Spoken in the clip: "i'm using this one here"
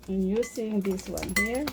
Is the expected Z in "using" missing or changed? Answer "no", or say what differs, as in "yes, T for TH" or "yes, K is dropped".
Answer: yes, S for Z